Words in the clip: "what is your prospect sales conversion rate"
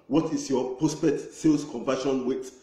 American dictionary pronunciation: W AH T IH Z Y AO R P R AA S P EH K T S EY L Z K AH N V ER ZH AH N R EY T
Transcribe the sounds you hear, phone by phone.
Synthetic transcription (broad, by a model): W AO T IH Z Y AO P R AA S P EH T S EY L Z K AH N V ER SH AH N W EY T